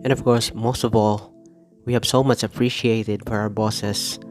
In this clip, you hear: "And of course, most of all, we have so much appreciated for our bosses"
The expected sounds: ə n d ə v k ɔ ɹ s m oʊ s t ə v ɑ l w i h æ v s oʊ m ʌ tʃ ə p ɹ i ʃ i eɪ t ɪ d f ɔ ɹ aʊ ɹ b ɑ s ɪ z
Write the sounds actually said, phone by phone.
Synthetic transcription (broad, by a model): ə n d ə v k ɔ ɹ s m oʊ s t ə v ɑ l w i h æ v s oʊ m ʌ tʃ ə p ɹ i ʃ i eɪ t ɪ d f ɔ ɹ aʊ ɹ b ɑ s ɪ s